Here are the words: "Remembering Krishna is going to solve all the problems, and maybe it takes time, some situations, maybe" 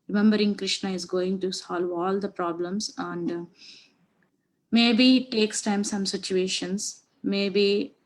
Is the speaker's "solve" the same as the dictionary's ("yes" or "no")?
yes